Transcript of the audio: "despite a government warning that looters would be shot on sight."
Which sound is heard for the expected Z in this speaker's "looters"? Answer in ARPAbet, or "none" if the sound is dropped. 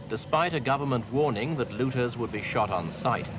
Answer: Z